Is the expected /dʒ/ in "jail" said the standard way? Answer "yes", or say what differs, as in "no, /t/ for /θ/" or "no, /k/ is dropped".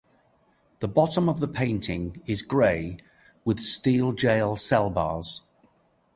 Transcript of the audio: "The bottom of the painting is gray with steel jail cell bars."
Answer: yes